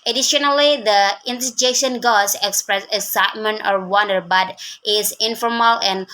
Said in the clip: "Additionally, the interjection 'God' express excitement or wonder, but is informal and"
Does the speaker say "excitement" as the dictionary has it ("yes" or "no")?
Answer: no